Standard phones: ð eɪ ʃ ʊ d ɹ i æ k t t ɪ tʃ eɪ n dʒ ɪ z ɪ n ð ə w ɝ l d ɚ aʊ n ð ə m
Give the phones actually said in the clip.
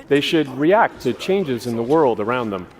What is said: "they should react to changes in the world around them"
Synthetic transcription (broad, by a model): ð eɪ ʃ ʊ d ɹ i æ k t t ɪ tʃ eɪ n dʒ ɪ z ɪ n ð ə w ɝ l d ɚ aʊ n ð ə m